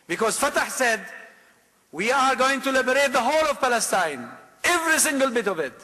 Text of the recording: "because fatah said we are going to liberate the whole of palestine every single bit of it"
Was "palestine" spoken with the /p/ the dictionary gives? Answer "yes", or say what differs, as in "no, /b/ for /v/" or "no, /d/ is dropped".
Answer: yes